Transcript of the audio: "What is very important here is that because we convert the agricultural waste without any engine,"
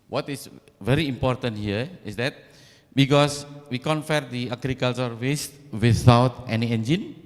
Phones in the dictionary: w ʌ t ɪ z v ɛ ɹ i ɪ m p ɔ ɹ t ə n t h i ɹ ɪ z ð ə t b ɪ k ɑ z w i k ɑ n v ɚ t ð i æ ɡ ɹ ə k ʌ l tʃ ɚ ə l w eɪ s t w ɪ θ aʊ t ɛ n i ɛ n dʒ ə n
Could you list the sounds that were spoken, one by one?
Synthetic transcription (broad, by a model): w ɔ t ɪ s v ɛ ɹ i m p ɔ ɹ t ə n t h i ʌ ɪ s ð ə t b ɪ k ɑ s w i k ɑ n f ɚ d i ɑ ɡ ɹ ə k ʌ l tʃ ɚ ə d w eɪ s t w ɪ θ aʊ t ɛ n i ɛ n dʒ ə n